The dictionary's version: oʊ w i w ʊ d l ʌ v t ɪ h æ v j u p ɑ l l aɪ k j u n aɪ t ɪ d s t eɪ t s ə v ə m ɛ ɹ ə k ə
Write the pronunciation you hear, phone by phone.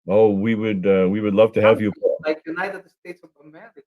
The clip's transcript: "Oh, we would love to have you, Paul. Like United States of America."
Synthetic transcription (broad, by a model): oʊ w i w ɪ d l ʌ v t ɪ h æ v j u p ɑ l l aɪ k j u n aɪ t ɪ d s t eɪ t s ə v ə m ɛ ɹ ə